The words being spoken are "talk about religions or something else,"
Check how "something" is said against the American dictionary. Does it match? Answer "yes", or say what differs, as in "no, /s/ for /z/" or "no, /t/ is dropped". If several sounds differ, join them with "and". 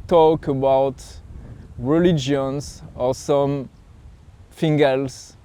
no, /f/ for /θ/